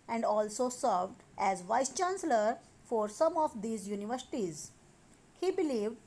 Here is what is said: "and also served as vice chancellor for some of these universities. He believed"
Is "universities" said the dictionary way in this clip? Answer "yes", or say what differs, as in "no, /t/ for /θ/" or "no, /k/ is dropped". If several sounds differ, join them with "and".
yes